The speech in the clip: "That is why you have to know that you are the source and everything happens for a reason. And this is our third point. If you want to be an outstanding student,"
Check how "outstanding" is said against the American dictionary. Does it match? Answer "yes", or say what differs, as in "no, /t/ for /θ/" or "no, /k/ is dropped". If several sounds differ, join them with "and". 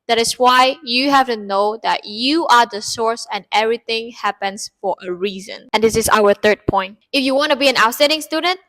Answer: no, /n/ is dropped